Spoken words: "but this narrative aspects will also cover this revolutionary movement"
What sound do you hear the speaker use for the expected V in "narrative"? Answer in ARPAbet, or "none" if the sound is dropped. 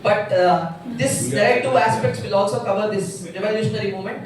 none